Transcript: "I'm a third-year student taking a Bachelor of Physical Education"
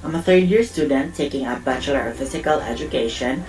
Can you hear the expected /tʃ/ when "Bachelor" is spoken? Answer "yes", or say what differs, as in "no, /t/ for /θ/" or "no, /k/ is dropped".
yes